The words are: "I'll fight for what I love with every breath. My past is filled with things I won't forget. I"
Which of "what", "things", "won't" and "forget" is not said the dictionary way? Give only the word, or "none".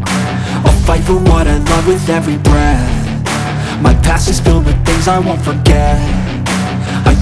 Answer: none